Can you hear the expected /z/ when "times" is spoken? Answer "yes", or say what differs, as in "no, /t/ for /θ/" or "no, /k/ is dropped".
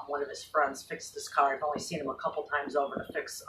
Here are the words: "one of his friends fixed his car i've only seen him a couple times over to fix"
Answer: yes